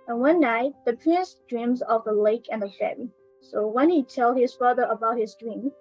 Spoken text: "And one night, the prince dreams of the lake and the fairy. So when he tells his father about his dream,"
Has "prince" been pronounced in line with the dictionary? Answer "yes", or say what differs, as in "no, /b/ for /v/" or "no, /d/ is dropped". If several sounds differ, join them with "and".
yes